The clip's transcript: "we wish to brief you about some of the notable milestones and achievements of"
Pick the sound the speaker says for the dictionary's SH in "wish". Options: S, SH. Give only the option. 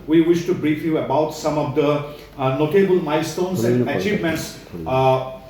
SH